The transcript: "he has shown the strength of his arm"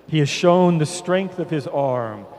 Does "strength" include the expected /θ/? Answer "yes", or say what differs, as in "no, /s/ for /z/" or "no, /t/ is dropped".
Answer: yes